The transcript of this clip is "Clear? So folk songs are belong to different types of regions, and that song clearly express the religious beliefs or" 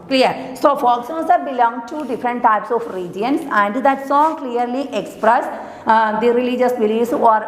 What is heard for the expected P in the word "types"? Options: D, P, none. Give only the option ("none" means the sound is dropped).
P